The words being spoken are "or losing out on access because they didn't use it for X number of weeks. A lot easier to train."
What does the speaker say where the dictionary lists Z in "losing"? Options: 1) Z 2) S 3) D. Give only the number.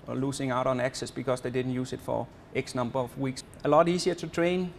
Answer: 2